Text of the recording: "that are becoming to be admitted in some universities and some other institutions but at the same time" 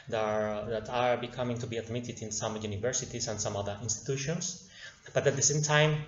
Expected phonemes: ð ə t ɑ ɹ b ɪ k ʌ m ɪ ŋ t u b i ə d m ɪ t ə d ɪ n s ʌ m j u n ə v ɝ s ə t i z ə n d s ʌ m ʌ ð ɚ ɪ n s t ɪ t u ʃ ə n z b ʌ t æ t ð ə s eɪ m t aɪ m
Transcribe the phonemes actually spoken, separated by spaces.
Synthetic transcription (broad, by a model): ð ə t ɑ ɹ b ɪ k ʌ m ɪ ŋ t u b i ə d m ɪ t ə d ɪ n s ʌ m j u n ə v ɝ s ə t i s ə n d s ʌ m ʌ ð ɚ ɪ n s t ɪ t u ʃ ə n s b ʌ t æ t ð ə s eɪ m t aɪ m